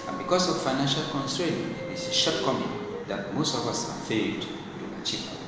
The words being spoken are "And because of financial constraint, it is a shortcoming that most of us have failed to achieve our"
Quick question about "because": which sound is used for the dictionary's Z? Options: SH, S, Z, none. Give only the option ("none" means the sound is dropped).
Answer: S